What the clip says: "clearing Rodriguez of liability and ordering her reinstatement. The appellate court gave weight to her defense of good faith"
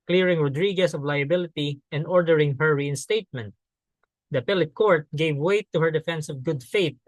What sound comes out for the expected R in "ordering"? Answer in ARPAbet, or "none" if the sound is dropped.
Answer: R